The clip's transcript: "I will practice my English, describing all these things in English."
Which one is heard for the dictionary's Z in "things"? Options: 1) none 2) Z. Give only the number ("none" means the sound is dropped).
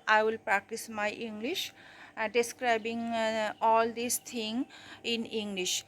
1